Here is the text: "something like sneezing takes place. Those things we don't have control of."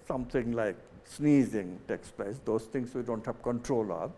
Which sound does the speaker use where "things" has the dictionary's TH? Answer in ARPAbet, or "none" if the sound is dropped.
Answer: T